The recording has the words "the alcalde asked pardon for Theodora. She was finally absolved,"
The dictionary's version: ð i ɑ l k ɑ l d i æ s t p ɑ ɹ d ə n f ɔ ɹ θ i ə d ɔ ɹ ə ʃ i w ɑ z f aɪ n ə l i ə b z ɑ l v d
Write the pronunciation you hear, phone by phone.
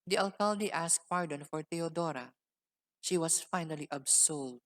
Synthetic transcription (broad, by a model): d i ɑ l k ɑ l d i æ s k p ɑ ɹ d ə n f ɔ ɹ t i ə d ɔ ɹ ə ʃ i w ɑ s f aɪ n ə l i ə b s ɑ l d